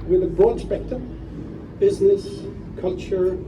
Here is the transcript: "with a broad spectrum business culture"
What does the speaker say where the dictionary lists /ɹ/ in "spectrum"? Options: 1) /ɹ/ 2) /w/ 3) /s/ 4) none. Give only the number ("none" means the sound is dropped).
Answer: 4